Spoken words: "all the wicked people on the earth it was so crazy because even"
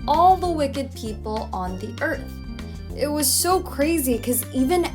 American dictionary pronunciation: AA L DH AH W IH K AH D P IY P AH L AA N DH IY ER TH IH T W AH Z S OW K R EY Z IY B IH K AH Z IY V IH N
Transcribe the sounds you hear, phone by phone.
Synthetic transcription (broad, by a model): AA L DH AH W IH K AH D P IY P L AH N DH IY ER TH IH T W AH Z S OW K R EY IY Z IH K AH Z IY V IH N